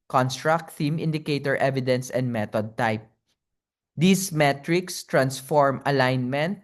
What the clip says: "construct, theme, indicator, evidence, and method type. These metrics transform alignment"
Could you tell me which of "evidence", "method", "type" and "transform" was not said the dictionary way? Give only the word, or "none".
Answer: method